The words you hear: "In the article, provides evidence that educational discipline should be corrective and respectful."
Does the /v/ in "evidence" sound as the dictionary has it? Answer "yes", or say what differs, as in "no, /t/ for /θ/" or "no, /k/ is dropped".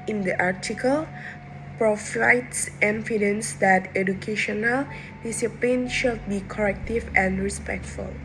no, /f/ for /v/